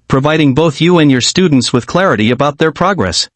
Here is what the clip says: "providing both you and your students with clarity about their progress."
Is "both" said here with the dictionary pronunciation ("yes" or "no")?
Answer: yes